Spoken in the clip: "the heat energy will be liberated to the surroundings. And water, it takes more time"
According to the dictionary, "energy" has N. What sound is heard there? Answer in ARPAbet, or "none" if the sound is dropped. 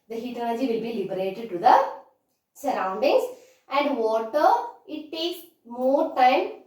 L